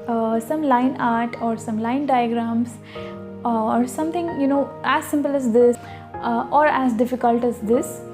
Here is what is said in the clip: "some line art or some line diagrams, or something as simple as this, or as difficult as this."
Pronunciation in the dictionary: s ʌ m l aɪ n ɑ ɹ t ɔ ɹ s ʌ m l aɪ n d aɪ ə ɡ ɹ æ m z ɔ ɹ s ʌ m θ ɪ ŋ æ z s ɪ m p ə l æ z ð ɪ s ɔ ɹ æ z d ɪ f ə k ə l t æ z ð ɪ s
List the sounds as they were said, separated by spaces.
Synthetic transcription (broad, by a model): s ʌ m l aɪ n ɑ ɹ t ɔ ɹ s ʌ m l aɪ n d aɪ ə ɡ ɹ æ m s ɔ ɹ s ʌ m t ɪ ŋ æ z s ɪ m p ə l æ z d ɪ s ɔ ɹ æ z d ɪ f ə k ə l t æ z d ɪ s